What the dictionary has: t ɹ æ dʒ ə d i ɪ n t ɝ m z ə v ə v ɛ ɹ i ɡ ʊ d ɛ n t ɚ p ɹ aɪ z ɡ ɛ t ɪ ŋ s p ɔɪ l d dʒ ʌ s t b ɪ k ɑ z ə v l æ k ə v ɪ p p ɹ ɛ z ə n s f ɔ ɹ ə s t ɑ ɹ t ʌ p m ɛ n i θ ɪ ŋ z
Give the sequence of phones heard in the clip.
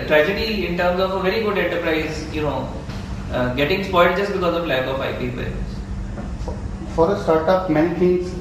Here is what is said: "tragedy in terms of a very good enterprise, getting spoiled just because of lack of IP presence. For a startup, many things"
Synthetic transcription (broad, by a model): t ɹ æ dʒ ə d i ɪ n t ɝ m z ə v ə v ɛ ɹ i ɡ ʊ d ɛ n t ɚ p ɹ aɪ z ɡ ɛ t ɪ ŋ s p ɔɪ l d dʒ ʌ s t b ɪ k ɑ z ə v l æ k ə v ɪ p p i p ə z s f ɔ ɹ ə s t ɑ ɹ t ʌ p m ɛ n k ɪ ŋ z